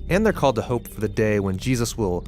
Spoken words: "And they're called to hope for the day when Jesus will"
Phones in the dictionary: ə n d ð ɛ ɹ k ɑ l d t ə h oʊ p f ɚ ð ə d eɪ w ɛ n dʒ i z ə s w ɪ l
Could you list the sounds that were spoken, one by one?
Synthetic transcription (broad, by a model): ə n ð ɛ ɹ k ɑ l d t ə h oʊ p f ɚ ð ə d eɪ w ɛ n dʒ i z ə s w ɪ l